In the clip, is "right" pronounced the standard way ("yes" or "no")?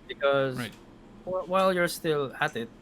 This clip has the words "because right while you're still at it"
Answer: no